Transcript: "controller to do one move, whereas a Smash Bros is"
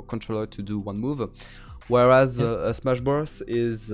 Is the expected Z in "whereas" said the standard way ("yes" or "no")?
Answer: yes